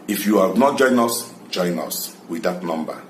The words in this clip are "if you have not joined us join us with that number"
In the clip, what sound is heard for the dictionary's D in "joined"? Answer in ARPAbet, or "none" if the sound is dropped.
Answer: none